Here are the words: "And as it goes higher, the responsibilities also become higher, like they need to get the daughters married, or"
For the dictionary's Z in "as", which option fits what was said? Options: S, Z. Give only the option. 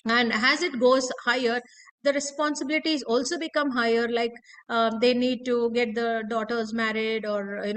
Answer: Z